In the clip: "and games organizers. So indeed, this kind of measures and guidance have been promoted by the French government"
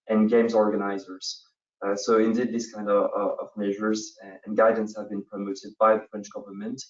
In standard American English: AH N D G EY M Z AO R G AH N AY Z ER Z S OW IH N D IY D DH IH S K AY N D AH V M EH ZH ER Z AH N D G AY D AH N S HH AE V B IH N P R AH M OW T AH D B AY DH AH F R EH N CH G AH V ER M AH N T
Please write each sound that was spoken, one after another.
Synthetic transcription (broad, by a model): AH N G EY M Z AO R G AH N AY Z ER Z S OW IH N D IY D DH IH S K AY N D AH V M EH ZH ER Z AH N G AY D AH N S HH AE V B IH N P R AH M OW T AH D B AY DH AH F R EH N CH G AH V ER M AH N T